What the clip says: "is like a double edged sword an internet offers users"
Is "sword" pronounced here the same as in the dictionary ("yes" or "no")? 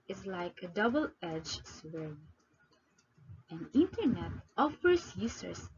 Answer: no